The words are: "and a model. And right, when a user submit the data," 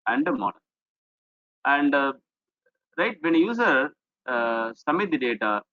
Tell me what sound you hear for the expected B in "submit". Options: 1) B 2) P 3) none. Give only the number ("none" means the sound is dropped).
3